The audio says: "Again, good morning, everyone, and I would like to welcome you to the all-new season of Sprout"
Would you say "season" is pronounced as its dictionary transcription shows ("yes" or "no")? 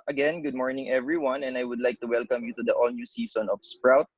no